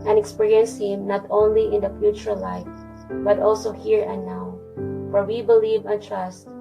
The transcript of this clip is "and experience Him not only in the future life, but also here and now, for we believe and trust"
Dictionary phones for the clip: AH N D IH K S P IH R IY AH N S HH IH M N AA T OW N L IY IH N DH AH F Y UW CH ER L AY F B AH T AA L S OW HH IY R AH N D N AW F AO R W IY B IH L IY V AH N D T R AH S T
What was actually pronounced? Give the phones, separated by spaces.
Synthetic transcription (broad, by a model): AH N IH K S P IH R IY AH N S HH IH M N AA T OW N L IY IH N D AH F Y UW CH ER L AY F B AH T AA L S OW HH IY R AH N N AW F AO R W IY B IH L IY V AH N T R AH S T